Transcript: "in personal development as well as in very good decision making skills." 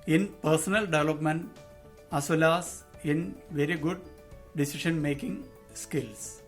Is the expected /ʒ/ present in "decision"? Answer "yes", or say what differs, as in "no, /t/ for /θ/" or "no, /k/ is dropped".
no, /ʃ/ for /ʒ/